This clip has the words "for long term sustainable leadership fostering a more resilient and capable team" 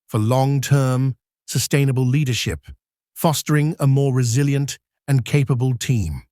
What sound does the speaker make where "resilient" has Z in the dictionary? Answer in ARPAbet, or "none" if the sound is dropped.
Z